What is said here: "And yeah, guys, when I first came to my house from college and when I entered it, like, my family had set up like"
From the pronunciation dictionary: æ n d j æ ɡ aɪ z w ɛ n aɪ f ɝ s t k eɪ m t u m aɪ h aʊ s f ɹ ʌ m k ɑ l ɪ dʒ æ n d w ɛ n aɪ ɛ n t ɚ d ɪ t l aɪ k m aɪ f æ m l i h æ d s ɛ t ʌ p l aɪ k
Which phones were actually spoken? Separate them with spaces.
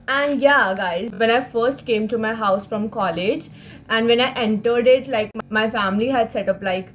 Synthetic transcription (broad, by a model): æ n d j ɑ ɡ aɪ z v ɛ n aɪ f ɝ s t k eɪ m t u m aɪ h aʊ s f ɹ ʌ m k ɑ l ɪ dʒ æ n d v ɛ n aɪ ɛ n t ɚ d ɪ t l aɪ k m aɪ f æ m l i h æ d s ɛ t ʌ p l aɪ k